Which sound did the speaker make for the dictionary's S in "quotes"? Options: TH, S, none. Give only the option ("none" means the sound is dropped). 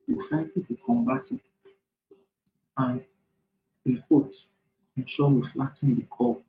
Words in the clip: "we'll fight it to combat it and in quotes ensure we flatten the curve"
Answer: none